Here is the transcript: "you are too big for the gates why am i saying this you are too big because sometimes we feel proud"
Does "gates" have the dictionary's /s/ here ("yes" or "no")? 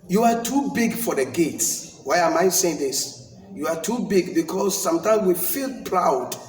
yes